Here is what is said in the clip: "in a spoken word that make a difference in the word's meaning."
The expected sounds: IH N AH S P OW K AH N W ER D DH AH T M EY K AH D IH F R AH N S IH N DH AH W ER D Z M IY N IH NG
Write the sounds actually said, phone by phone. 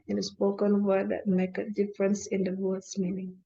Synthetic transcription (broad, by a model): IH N AH S P OW K AH N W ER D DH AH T M EY K AH D IH F R AH N S IH N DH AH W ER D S M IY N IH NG